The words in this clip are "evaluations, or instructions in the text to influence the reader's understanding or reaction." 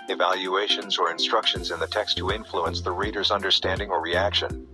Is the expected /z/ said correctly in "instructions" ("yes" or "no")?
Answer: yes